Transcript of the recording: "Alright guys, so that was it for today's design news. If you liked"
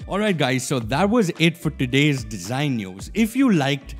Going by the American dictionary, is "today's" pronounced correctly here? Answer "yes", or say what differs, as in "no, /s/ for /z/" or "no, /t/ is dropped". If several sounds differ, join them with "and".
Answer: yes